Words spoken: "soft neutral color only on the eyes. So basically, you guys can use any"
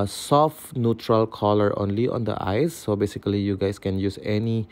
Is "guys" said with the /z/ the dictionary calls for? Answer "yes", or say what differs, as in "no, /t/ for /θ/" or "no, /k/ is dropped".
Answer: no, /s/ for /z/